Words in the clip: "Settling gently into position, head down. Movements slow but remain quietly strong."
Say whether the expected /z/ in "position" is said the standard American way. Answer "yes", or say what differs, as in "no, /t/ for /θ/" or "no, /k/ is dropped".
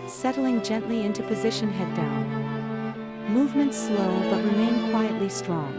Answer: yes